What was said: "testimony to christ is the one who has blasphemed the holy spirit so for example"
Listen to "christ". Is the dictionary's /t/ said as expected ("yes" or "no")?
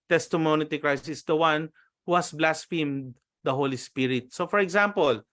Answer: no